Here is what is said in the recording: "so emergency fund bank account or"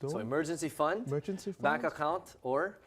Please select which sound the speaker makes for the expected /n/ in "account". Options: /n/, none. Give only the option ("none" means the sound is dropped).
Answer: /n/